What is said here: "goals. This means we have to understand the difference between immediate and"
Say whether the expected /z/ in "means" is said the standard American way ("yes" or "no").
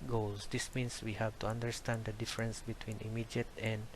no